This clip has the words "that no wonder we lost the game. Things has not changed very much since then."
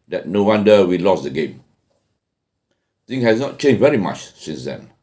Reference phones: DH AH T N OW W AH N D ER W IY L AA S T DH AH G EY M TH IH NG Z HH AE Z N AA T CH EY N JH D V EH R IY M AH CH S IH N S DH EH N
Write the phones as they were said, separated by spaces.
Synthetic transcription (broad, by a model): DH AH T N OW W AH N D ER W IY L AA S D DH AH G EY M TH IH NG HH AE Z N AA T CH EY N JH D V EH R IY M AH CH S IH N S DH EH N